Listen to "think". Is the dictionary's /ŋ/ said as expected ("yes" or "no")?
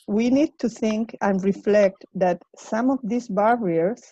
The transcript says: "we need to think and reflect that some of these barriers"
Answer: yes